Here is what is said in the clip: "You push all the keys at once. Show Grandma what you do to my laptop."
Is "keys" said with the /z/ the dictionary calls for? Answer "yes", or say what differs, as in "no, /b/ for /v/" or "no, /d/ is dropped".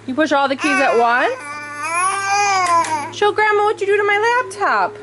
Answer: yes